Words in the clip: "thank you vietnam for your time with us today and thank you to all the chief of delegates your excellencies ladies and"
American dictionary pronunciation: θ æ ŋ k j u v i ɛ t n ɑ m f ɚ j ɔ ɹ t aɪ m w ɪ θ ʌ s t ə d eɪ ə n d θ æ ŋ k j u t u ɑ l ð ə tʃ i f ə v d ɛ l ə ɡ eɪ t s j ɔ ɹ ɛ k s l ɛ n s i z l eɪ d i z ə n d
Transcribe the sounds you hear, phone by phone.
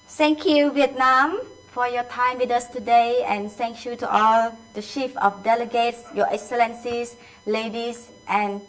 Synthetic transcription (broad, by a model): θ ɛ ŋ k j u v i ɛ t n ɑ m f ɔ j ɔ t aɪ m w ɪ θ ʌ s t ə d eɪ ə n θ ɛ ŋ k j u t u ɑ l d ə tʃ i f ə f d ɛ l ə ɡ eɪ t s j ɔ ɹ ɛ k s l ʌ n s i s l eɪ d i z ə n